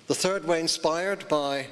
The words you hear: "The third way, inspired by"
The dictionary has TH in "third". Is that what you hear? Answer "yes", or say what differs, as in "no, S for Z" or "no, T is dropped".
yes